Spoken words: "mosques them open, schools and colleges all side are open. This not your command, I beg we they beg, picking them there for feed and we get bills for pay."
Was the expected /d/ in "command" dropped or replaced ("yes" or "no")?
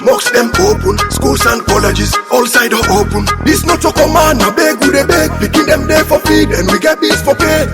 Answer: yes